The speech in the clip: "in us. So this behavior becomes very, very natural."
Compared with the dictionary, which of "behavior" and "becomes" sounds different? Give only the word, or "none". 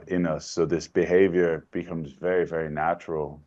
none